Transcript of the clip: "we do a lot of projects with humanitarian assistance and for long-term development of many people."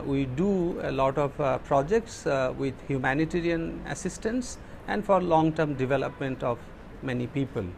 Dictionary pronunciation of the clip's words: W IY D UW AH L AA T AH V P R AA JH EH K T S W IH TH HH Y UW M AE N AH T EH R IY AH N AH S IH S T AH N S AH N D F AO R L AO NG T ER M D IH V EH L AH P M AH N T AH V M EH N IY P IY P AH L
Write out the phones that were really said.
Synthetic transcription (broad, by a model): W IY D UW AH L AA T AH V P R AA JH EH K T S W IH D HH Y UW M AE N AH T EH R IY AH N AH S IH S T AH N S AH N D F AO R L AO NG T ER M D IH V EH L AH P M AH N T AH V M EH N IY P IY P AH L